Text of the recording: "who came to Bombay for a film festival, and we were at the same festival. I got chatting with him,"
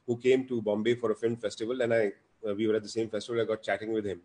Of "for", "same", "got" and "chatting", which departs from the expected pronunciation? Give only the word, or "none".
none